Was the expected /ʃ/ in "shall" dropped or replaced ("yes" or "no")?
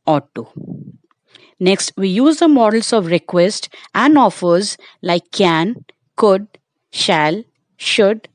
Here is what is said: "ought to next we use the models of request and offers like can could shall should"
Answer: no